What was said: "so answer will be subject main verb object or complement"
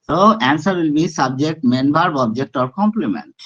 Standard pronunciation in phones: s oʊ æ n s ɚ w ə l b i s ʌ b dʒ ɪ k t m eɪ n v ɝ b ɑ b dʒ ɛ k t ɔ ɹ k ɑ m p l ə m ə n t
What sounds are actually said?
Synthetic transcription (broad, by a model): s oʊ æ n s ɚ w ə l b i s ʌ b dʒ ɪ k t m eɪ n b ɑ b ɑ b dʒ ɛ k t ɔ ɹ k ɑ m p l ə m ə n t